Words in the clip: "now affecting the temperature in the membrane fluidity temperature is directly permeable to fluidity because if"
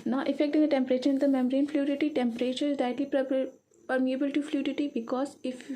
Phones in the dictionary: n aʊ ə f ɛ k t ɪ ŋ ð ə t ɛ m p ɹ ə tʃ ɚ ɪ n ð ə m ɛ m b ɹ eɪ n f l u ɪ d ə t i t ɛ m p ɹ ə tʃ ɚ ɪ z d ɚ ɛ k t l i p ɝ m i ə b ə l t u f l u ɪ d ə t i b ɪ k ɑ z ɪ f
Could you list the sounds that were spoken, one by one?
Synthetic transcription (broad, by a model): n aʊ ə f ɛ k t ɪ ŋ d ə t ɛ m p ɹ ə tʃ ɚ ɪ n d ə m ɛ m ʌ ɹ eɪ n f l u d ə t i t ɛ m p ɹ ə tʃ ɚ ɪ z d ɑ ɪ t l i p ɝ m i ə b ə l t u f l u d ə t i b ɪ k ɑ z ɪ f